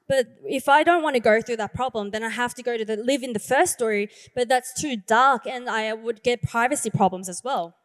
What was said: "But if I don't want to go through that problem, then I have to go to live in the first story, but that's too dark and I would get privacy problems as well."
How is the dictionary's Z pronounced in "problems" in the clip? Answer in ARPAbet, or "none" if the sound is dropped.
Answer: Z